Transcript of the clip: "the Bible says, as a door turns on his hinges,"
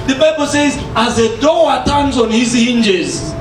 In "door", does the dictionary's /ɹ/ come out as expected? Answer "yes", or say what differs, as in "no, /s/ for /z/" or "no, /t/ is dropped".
no, /w/ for /ɹ/